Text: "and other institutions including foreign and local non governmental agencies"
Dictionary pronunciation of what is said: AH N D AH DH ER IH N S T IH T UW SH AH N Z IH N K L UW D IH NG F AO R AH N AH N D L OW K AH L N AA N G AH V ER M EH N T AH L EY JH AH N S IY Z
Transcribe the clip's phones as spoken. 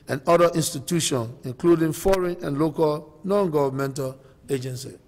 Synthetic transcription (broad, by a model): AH N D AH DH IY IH N S T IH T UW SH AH N IH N K L UW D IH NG F AO R AH N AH N L OW K AH L N AA N G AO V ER M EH N T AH L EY JH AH N S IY